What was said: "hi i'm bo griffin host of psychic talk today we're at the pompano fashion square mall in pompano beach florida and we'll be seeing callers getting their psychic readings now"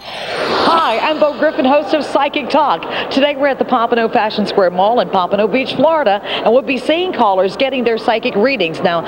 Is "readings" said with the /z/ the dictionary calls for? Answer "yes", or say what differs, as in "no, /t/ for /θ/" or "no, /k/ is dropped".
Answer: yes